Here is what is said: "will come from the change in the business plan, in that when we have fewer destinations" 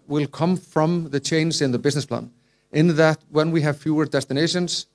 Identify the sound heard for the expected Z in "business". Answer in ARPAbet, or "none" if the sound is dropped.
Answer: Z